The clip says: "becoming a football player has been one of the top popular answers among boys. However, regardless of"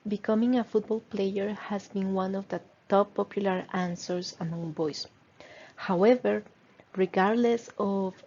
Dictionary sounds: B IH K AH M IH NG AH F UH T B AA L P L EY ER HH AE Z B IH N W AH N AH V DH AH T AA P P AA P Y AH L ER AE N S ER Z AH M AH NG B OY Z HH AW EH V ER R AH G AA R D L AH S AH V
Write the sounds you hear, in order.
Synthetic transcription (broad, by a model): B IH K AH M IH NG AH F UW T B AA L P L EY ER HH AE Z B IH N W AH N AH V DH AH T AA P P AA P Y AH L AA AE N S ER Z AH M AH NG B OY S HH AW EH V ER R AH G AA R D L AH S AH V